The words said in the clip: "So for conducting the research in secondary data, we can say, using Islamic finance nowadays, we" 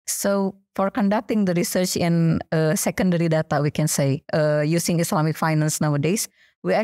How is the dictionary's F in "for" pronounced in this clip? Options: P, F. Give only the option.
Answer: F